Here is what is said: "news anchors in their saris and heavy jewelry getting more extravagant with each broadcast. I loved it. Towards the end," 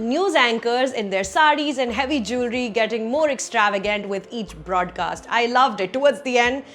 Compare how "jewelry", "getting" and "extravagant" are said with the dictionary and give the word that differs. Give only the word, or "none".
none